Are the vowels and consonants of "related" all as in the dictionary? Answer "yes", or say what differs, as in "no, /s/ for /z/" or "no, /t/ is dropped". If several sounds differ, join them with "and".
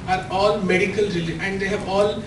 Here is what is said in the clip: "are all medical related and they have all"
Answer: no, /d/ is dropped